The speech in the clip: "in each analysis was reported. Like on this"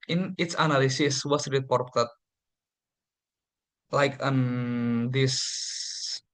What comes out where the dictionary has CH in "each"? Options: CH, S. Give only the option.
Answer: S